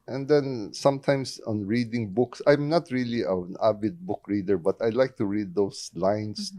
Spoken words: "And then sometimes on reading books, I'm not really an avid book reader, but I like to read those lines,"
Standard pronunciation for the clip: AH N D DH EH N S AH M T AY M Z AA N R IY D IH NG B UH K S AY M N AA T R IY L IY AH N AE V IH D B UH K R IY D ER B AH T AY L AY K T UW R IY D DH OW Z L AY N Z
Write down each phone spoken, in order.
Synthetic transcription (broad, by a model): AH N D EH N S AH M T AY M S AA N R IY D IH NG B UH K S AY M N AA T R IY L IY AH N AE B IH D B UH K R IY D ER B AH T AY L AY K T UW R IY D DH OW S L AY N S